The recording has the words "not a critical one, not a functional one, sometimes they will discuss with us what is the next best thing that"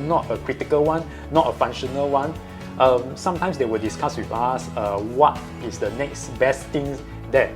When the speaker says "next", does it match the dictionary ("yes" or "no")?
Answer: yes